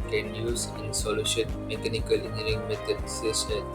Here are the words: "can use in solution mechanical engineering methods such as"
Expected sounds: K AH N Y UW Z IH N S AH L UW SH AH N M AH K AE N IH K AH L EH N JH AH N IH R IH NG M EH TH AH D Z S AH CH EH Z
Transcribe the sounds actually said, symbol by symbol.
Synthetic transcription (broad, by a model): K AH N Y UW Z IH N S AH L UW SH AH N M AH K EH N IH K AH L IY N AH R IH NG M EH S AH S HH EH